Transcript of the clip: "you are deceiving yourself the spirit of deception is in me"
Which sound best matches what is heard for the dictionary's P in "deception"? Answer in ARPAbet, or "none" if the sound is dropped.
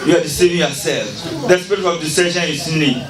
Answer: none